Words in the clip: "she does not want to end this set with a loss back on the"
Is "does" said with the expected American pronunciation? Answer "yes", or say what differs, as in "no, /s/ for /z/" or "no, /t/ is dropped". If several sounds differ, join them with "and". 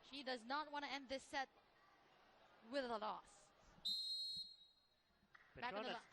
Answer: yes